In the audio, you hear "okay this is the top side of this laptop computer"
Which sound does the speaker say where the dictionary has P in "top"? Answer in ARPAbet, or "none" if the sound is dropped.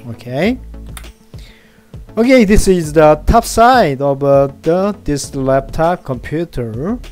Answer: F